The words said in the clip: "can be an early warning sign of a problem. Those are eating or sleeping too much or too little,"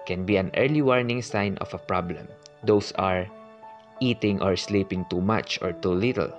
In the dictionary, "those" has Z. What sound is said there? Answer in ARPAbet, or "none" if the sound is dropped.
S